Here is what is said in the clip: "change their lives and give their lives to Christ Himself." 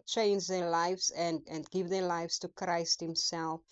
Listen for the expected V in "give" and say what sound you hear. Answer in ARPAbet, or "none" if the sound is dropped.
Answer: V